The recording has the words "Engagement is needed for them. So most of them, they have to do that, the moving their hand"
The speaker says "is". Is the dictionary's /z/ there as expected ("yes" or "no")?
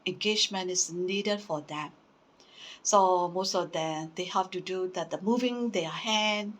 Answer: no